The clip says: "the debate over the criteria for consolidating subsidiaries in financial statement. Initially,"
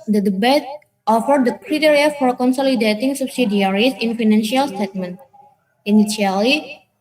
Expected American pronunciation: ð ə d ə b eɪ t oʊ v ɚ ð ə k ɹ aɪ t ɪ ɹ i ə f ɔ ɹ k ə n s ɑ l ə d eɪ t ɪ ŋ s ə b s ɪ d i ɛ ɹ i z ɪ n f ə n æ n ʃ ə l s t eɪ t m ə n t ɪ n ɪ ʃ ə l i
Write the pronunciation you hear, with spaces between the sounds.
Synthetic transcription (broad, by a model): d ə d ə b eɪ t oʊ f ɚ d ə k ɹ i t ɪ ɹ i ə f ɔ ɹ k ə n s ɑ l ə d eɪ t ɪ ŋ s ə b s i d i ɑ ɹ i s ɪ n f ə n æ n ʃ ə l s t eɪ t m ə n t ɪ n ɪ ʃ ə l i